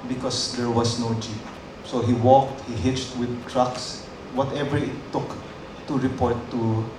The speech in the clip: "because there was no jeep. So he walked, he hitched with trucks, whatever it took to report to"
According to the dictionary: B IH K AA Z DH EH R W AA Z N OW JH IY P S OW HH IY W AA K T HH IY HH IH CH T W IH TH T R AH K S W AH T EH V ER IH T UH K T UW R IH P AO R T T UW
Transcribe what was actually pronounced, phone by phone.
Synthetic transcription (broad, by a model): B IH K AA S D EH R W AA S N OW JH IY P S OW HH IY W AA K T HH IY HH IH CH T W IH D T R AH K S W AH T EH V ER IH T UH K T UW R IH P AO R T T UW